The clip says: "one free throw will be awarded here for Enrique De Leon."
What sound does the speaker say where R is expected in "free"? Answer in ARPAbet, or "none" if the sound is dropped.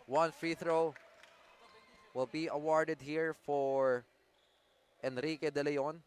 R